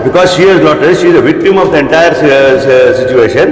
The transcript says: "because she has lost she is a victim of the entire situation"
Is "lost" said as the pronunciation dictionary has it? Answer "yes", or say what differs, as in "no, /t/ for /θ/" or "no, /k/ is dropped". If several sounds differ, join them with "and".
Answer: no, /s/ is dropped